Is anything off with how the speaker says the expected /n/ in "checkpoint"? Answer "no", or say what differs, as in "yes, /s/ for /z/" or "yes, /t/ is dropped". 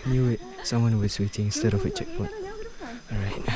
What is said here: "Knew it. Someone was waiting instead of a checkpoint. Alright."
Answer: yes, /n/ is dropped